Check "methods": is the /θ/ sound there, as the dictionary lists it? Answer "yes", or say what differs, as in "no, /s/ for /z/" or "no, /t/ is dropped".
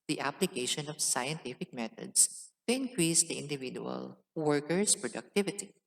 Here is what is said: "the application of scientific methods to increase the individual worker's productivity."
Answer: no, /t/ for /θ/